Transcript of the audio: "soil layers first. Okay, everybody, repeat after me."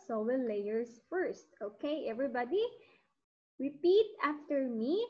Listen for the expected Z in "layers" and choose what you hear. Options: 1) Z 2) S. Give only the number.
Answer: 2